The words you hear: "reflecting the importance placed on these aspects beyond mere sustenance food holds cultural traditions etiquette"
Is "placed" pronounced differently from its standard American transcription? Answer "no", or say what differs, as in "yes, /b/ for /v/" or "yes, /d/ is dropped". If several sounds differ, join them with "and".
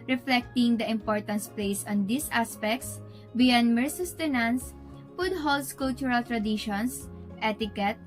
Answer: yes, /t/ is dropped